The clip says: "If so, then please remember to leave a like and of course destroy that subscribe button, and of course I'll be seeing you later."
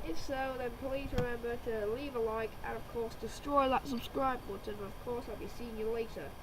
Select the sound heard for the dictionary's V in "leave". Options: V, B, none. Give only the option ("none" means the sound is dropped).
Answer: V